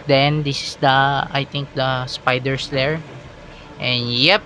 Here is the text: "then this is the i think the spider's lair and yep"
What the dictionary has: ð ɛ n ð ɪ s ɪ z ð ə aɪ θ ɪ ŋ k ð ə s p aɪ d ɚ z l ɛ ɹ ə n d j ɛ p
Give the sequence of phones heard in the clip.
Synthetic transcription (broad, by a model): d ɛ n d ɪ s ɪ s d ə aɪ t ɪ ŋ k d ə s p aɪ d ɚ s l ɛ ɹ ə n j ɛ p